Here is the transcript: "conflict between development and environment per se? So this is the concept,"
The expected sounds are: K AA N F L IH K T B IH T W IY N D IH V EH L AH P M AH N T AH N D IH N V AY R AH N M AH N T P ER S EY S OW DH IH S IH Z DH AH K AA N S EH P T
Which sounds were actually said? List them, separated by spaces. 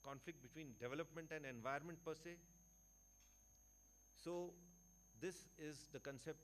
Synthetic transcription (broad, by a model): K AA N F L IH K T B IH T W IY N D IH V EH L AH P M AH N T AH N D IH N V AY AH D M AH N T P ER S EY S OW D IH S IH Z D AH K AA N S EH P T